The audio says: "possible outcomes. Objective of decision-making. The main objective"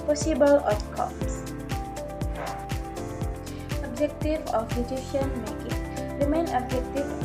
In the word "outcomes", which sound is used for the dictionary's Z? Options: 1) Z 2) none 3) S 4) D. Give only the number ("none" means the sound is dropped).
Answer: 3